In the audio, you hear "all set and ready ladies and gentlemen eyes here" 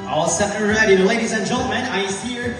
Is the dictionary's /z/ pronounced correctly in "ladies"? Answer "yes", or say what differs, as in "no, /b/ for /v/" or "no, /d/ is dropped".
yes